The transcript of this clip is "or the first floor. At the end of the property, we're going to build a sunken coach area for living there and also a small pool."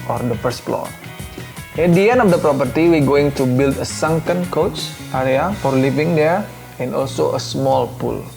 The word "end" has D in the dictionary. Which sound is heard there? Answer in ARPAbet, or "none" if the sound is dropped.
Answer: none